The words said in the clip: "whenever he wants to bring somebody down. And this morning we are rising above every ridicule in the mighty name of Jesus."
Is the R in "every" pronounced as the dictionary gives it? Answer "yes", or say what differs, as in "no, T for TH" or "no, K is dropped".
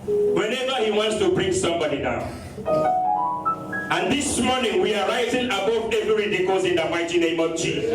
no, R is dropped